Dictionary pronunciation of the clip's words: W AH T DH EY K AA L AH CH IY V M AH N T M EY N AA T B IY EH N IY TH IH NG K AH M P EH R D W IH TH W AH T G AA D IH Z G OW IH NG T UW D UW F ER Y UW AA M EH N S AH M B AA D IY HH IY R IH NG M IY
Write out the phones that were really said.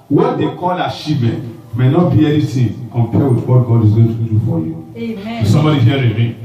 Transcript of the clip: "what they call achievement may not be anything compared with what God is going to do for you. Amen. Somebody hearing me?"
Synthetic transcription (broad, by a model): W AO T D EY K AA L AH SH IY M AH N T M EY N AA T B IY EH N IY T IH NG K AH M P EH W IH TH W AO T G AA D IH Z G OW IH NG T UW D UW F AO Y UW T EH S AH M B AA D IY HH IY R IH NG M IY